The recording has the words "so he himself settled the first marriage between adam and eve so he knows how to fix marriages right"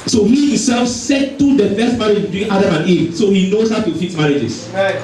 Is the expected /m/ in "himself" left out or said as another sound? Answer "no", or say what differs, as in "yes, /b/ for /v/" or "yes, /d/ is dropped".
yes, /m/ is dropped